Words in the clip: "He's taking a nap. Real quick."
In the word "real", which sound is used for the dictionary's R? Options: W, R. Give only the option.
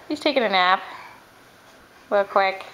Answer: W